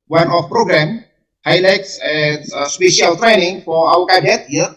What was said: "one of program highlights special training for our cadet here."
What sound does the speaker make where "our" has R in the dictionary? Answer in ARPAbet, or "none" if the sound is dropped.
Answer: W